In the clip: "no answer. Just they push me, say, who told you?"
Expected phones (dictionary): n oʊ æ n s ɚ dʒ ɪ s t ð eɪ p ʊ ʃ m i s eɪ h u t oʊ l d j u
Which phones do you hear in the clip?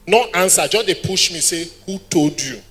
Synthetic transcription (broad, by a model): n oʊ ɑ n s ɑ dʒ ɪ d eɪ p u ʃ m i s eɪ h u t oʊ d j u